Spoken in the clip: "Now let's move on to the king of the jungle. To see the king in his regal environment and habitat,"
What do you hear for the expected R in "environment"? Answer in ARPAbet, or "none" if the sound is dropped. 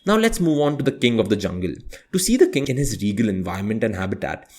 none